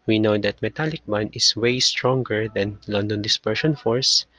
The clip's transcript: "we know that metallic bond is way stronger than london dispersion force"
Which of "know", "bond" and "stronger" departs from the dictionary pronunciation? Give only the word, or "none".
bond